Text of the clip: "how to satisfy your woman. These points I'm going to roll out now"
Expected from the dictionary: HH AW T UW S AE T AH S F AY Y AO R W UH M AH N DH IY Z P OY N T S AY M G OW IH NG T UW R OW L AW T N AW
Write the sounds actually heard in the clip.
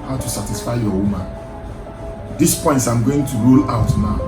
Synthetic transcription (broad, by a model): HH AW T UW S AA T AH S F AY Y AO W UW M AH N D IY S P OY N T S AY M G OW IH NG T UW R OW L AW T N AW